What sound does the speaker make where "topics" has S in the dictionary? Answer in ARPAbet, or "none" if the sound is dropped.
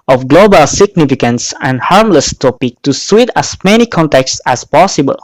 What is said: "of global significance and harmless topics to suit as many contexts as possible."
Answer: none